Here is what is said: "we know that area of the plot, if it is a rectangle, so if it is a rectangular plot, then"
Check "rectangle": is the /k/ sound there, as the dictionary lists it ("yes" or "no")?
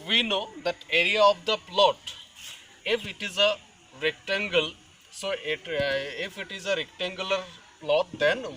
yes